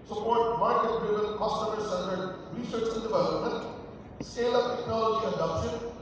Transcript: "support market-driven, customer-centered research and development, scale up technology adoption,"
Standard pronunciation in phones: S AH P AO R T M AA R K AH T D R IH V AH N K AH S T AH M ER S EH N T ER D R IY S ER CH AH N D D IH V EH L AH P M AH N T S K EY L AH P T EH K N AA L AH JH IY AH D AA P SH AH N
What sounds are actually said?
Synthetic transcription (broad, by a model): S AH P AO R T M AA R K AH T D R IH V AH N K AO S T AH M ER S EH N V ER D R IY S ER CH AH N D D IH V EH L AH P M AH N T S EY L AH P T EH K N AA L AH JH IY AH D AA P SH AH N